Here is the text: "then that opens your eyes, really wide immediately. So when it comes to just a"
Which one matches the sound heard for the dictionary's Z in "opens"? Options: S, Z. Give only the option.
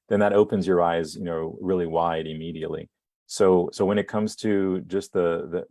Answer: Z